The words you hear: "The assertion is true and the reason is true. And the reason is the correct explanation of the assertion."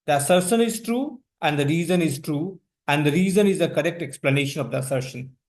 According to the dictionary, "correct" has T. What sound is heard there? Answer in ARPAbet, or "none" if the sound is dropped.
T